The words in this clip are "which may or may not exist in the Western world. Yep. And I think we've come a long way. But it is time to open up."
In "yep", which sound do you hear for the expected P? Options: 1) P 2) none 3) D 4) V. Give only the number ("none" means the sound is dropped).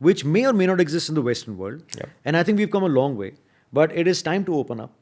2